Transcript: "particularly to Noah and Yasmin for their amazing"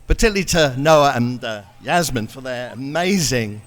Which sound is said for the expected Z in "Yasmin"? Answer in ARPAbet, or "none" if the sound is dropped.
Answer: Z